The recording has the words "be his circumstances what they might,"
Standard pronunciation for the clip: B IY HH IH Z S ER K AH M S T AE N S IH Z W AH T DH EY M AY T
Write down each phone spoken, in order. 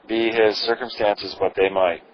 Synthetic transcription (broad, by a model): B IY HH IH Z S ER K AH M S T AE N S IH Z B AH T DH EY M AY T